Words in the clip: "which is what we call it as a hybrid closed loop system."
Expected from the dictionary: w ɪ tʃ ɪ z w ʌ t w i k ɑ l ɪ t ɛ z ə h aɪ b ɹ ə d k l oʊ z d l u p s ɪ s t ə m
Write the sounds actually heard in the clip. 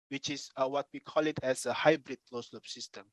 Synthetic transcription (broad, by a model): w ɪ tʃ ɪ s w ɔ t w i k ɑ l ɪ t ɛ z ə h aɪ b ɹ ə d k l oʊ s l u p s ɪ s t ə m